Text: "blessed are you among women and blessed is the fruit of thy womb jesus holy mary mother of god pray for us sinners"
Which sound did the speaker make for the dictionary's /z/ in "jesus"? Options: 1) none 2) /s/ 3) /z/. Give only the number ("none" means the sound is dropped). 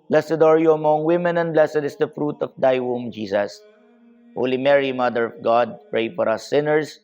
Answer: 2